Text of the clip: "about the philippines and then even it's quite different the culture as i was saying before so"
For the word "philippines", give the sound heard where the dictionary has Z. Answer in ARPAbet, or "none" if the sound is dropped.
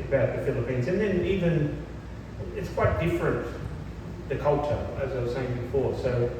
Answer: Z